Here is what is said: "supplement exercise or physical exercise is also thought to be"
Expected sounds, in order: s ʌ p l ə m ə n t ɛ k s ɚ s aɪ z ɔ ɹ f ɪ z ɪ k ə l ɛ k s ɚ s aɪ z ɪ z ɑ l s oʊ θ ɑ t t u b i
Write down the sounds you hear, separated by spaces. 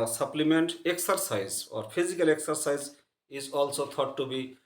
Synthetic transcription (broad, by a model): s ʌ p l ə m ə n t ɛ k s ɚ s aɪ z ɔ ɹ p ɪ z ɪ k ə l ɛ k s ɚ s aɪ z ɪ z ɑ l s oʊ t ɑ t t u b i